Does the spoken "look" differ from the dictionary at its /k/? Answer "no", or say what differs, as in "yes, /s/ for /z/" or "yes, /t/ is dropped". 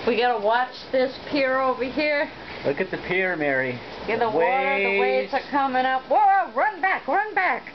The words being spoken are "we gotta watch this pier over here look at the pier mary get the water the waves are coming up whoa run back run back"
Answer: no